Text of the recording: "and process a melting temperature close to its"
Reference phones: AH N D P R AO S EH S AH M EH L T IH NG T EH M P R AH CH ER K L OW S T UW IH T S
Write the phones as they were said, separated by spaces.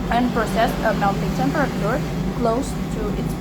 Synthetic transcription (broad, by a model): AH N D P R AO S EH S AH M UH N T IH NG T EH M P R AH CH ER K L OW S T UW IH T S